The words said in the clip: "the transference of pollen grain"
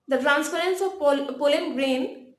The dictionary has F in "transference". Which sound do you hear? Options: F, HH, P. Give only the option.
P